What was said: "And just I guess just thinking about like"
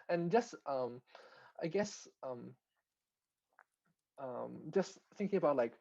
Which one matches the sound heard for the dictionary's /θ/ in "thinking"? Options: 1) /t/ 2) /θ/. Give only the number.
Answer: 2